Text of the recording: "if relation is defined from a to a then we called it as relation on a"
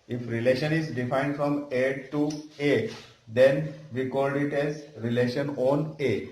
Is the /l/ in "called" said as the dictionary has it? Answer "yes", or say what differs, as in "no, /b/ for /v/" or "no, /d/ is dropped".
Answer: yes